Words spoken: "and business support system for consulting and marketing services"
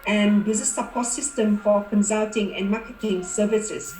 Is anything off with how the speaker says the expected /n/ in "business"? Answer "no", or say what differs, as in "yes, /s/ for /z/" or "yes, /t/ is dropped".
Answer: yes, /n/ is dropped